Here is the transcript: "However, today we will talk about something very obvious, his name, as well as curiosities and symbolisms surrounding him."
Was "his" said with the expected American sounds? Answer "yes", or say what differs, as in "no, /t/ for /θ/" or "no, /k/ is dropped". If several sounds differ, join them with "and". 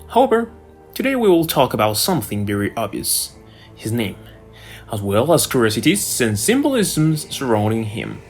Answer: yes